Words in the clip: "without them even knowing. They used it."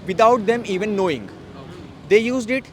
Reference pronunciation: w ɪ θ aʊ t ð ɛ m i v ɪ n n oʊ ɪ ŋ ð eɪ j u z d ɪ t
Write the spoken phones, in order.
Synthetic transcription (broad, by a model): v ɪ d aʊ t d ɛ m i v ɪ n n oʊ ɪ ŋ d eɪ j u z d ɪ t